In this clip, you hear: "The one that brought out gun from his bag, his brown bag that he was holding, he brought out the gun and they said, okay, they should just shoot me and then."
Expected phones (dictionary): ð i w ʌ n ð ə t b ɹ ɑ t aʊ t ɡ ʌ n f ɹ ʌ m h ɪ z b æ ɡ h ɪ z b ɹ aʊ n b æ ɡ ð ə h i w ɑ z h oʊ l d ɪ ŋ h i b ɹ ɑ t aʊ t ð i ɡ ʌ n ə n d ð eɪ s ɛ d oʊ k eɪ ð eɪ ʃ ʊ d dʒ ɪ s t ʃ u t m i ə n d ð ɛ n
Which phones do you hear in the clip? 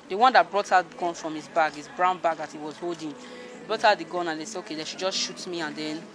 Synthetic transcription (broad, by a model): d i w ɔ n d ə t b ɹ ɑ t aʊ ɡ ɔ n f ɹ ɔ m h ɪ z b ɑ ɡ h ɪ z b ɹ aʊ n b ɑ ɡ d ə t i w ɑ z h oʊ l d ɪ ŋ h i b ɹ ɑ t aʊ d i ɡ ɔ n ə n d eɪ s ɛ oʊ k eɪ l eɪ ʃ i dʒ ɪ s ʃ u t m i ə n d ɛ n